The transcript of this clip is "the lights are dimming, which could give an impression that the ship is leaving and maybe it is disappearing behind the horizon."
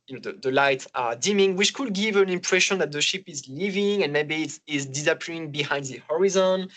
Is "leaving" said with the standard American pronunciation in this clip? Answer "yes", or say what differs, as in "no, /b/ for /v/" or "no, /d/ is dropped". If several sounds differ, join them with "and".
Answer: yes